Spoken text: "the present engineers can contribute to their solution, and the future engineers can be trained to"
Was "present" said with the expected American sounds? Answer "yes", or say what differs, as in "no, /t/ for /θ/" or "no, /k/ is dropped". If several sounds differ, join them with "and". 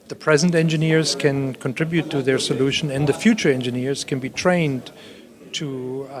yes